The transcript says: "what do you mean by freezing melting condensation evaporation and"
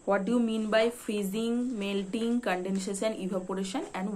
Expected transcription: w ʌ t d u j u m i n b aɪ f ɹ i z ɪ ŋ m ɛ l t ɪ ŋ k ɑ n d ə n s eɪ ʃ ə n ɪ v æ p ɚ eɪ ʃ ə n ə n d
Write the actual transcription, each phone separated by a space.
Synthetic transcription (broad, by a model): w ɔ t d u j u m i n b aɪ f ɹ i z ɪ ŋ m ɛ l t ɪ ŋ k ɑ n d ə n ʃ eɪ s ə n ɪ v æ p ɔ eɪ ʃ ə n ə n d